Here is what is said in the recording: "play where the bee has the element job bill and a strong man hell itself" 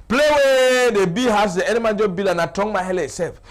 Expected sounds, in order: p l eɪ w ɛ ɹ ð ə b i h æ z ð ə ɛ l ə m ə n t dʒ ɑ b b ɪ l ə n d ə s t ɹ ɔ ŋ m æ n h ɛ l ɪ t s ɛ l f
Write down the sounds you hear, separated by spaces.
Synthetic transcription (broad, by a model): p l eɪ w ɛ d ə b i h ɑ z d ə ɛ n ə m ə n dʒ ɑ b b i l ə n ə t ɔ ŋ m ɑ h ɛ l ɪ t s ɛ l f